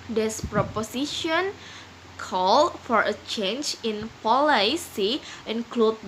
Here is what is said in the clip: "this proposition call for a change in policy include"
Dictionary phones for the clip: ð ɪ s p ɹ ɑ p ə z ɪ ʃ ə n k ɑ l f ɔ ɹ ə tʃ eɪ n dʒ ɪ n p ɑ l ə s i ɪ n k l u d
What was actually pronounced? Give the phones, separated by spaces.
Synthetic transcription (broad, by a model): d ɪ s p ɹ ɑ p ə s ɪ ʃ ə n k ɑ l f ɔ ɹ ə tʃ eɪ n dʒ ɪ n p ɑ l ə s i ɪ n k l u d